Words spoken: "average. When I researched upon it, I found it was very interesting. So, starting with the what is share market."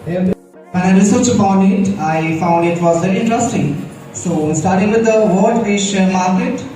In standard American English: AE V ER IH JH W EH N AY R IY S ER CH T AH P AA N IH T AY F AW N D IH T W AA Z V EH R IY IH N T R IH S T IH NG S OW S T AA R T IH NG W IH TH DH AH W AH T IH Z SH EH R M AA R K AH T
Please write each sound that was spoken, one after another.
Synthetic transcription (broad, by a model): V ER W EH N AY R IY S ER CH AH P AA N IH T AY F AW N D IH T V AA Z V EH R IY IH N T R IH S T IH NG S OW S T AA R T IH NG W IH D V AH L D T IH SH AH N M AA R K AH T